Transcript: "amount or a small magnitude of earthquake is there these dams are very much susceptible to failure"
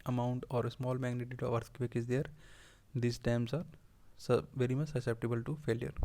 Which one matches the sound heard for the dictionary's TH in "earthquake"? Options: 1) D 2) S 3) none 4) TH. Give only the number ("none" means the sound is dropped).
2